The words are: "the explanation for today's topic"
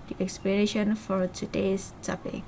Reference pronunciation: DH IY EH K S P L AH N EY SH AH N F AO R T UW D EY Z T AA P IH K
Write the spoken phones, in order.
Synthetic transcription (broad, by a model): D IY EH K S P AH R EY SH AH N F AO R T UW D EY S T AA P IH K